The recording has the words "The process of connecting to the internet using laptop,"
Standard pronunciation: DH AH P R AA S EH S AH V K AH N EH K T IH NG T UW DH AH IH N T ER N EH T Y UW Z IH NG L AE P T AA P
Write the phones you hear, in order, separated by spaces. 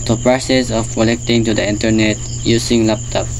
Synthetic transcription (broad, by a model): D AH P R AA S EH S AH F K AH L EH K T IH NG T UW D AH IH N T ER N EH T Y UW S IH NG L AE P T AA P